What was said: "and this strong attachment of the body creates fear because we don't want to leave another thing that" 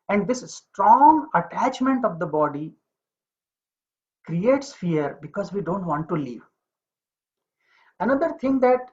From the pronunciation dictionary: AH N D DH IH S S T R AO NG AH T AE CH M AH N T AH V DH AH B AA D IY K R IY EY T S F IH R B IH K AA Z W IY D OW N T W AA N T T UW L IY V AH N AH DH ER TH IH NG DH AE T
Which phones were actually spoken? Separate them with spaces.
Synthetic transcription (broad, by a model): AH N D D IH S S T R AO NG AH T AE CH M AH N T AH V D AH B AA D IY K R IY EY T S F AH R B IH K AA Z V IY D OW N T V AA N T T UW L IY V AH N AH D ER T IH NG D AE T